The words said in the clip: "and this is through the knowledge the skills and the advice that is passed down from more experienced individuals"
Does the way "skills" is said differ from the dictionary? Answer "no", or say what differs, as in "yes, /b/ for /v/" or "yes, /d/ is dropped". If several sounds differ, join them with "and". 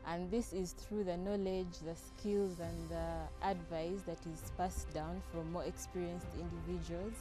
no